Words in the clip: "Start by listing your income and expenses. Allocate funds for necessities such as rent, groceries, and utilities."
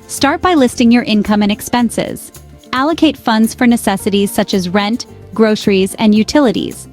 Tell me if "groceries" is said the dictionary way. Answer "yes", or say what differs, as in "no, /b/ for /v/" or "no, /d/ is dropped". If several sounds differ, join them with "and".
yes